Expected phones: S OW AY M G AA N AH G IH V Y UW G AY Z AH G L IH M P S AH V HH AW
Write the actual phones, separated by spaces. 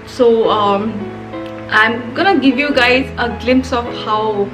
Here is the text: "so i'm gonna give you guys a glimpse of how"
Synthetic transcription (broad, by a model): S OW AY M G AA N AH G IH V Y UW G AY Z AH G L IH M P S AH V HH AW